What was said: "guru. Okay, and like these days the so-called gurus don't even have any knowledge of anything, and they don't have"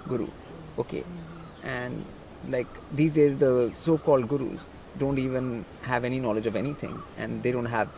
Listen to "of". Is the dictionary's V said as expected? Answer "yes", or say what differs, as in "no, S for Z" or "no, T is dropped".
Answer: yes